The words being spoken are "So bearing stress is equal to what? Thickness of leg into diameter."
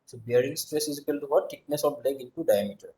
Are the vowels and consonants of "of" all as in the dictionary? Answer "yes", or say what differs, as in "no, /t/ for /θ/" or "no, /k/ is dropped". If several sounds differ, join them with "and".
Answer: no, /b/ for /v/